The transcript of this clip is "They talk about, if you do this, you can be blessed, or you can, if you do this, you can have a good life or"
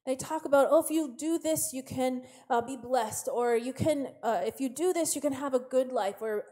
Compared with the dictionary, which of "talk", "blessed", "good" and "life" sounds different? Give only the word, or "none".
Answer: none